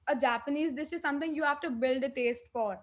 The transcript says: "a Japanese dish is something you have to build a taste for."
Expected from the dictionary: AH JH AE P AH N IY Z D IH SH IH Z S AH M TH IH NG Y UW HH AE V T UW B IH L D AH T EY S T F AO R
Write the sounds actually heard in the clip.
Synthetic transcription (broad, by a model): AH JH AE P AH N IY Z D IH S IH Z S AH M T IH NG Y UW HH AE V T UW B IH L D AH T EY S T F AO R